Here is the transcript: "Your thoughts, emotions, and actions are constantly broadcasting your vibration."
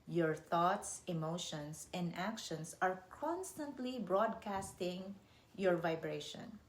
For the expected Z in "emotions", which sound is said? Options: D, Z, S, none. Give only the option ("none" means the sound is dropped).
S